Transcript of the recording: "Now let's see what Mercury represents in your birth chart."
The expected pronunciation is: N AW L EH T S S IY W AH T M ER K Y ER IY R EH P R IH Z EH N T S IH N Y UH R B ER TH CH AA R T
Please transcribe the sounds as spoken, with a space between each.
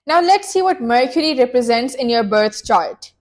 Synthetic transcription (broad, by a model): N AW L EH T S S IY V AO T M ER K Y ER IY R EH P R IH Z EH N T S IH N Y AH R B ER T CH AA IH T